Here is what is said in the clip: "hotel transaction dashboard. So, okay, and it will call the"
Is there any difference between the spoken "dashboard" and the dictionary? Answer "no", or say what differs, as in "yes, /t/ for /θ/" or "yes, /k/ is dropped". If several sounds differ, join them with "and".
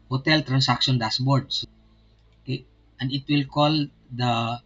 yes, /s/ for /ʃ/